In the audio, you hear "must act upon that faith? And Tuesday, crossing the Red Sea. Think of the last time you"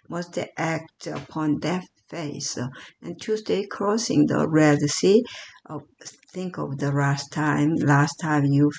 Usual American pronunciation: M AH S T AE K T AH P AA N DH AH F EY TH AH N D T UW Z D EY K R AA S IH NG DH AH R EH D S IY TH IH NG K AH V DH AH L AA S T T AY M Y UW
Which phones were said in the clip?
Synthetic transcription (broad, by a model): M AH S T AE K T AH P AA N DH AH F EY S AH N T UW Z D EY K R AA S IH NG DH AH R EH D S IY TH IH NG K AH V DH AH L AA S T T AY M Y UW